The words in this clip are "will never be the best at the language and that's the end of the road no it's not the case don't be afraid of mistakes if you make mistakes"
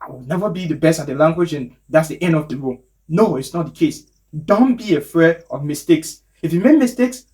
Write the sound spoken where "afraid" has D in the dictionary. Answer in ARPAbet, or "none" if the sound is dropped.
none